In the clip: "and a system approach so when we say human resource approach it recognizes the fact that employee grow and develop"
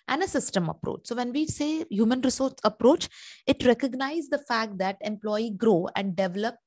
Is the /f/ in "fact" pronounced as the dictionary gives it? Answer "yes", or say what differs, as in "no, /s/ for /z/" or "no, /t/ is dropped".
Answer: yes